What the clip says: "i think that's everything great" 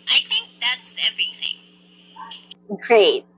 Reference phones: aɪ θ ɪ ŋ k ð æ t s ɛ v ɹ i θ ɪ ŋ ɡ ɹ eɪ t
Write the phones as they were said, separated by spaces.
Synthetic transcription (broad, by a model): aɪ θ ɪ ŋ k ð æ t s ɛ v ɹ i θ ɪ ŋ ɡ ɹ eɪ t